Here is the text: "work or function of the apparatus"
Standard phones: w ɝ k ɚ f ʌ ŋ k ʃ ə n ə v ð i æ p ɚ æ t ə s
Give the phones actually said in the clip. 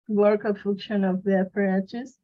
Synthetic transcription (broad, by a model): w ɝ k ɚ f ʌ k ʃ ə n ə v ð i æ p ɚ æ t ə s